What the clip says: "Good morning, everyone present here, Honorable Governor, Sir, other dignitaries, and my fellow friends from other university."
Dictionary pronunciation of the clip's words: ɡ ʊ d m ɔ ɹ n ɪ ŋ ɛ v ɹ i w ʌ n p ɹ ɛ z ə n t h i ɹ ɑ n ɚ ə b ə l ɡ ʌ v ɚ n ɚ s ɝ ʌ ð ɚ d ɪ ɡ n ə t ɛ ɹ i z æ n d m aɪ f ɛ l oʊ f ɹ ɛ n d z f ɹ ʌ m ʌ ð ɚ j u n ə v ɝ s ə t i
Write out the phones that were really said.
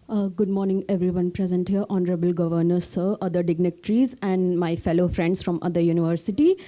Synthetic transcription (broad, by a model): ɡ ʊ d m ɔ ɹ n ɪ ŋ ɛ v ɹ i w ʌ n p ɹ ɛ z ə n t h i ɹ ɑ n ɚ ə b ə l ɡ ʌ v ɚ n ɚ s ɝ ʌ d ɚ d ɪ ɡ n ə t ɹ i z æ n d m aɪ f ɛ l oʊ f ɹ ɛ n d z f ɹ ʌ m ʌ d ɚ j u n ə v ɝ s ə t i